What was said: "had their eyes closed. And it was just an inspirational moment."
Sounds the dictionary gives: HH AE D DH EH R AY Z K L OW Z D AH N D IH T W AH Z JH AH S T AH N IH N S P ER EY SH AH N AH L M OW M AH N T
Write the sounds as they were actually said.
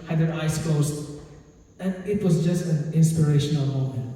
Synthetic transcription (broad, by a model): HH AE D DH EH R AY S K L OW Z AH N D IH T W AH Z JH AH S T AH N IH N S P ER EY SH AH N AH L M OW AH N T